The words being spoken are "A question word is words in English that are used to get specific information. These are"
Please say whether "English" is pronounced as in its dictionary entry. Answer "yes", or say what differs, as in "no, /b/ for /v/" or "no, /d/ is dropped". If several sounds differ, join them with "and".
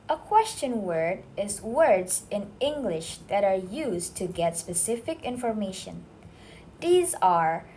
yes